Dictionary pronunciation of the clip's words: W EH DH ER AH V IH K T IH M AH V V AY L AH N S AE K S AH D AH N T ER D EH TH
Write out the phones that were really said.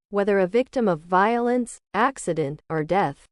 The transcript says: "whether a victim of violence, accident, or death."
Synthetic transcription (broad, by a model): W EH DH ER AH V IH K T IH M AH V V AY L AH N S AE K S AH D AH N T ER D EH TH